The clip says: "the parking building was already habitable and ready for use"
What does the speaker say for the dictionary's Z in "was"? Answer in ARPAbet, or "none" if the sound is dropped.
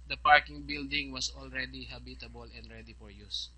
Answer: S